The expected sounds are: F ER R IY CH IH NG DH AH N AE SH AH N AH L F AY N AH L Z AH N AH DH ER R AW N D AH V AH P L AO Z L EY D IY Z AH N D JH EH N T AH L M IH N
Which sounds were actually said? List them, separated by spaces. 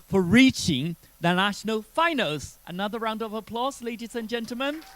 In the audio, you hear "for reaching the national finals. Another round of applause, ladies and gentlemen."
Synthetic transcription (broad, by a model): F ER R IY CH IH NG DH AH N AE SH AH N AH L F AY N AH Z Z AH N AH DH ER R AW N D AH V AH P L AO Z L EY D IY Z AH N JH EH N T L M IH N